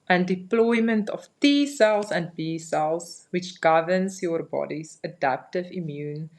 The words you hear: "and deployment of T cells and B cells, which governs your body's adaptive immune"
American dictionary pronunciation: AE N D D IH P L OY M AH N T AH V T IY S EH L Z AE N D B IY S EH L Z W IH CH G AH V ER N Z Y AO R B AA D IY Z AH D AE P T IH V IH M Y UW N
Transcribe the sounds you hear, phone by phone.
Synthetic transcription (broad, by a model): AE N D D IH P L OY M AH N T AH F T IY S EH L S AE N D B IY S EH L S W IH CH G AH V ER N S Y AO R B AA D IY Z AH D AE P T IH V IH M Y UW N